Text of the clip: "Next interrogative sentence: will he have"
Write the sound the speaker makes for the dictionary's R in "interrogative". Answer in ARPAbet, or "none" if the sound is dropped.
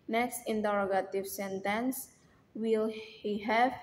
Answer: R